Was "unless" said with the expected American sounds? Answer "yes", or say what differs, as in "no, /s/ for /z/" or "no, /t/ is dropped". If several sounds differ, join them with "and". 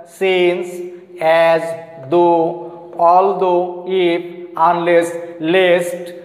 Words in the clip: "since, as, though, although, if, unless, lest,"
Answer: yes